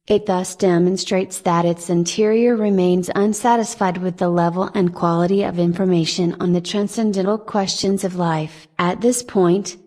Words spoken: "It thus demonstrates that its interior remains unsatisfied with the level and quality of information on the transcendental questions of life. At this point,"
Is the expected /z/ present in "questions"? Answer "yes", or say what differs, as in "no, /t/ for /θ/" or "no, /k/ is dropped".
yes